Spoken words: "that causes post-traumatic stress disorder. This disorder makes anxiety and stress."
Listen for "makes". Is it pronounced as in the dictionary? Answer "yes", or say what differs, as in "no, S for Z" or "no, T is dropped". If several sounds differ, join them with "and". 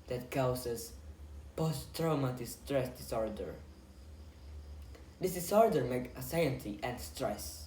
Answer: no, S is dropped